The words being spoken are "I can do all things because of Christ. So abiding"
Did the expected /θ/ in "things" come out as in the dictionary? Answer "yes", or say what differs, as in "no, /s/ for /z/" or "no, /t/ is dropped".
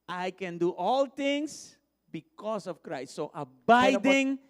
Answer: no, /t/ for /θ/